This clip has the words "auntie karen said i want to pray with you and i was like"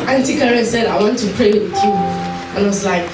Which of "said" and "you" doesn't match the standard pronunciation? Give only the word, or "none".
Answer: none